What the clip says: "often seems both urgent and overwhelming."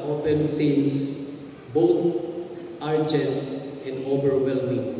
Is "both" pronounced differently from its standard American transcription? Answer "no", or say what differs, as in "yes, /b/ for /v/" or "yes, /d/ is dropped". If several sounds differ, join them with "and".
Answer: yes, /t/ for /θ/